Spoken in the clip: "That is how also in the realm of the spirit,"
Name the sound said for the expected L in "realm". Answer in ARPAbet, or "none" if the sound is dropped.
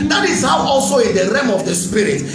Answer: none